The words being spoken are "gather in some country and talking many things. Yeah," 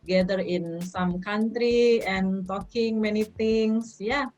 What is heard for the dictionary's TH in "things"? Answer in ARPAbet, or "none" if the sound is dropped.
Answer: T